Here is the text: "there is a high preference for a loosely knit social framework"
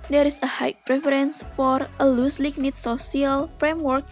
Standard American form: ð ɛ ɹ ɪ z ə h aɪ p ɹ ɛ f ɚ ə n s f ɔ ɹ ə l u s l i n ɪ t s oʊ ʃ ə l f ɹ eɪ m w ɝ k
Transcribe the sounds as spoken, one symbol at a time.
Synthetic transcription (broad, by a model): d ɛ ɹ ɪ s ə h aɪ p ɹ ɛ f ɚ ə n s f ɔ ɹ ə l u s l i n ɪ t s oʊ s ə l f ɹ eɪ m w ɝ k